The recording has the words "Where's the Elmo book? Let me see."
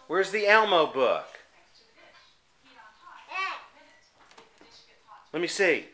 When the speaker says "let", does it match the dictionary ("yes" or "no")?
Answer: yes